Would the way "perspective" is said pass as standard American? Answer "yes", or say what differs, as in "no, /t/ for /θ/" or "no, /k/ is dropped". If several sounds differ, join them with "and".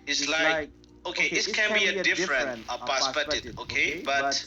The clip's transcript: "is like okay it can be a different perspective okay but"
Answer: no, /k/ is dropped